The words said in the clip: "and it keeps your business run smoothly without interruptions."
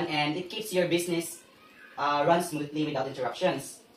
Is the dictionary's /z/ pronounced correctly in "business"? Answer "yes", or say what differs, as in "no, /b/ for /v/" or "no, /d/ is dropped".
no, /s/ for /z/